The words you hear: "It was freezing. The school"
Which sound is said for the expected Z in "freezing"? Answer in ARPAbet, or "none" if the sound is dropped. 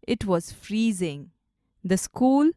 Z